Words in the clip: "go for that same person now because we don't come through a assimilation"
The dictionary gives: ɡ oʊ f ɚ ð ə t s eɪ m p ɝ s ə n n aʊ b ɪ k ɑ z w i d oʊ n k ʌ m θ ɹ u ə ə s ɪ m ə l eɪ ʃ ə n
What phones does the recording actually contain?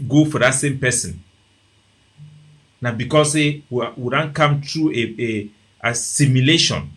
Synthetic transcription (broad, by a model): ɡ oʊ f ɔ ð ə t s eɪ m p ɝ s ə n n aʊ b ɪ k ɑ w w i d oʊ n k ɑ m t ɹ u ə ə s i m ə l eɪ ʃ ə n